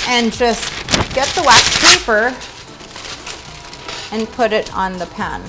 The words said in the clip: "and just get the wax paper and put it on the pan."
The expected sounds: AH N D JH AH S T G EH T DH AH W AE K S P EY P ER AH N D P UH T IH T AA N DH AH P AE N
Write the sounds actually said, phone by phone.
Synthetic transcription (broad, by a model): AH N JH AH S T G EH T DH AH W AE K P EY P ER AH N P UH T IH T N DH AH P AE N